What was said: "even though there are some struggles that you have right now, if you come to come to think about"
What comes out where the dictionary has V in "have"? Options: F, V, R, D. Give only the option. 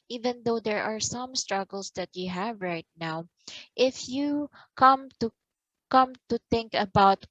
V